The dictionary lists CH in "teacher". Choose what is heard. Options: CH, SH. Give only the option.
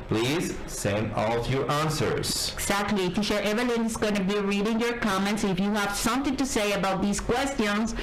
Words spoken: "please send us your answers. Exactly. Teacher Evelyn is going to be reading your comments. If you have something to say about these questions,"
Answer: SH